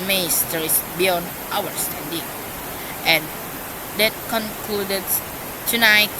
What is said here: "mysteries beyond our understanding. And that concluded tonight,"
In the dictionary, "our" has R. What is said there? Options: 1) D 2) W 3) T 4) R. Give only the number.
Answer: 2